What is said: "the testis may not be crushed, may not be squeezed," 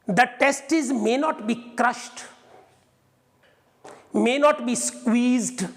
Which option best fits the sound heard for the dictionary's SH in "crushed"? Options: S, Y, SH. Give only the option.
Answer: SH